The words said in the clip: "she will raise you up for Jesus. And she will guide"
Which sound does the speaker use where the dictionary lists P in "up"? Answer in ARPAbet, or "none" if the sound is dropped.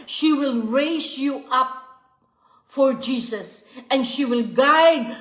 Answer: P